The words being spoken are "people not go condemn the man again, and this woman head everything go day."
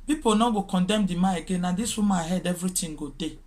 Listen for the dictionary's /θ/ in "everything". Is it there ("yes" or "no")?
no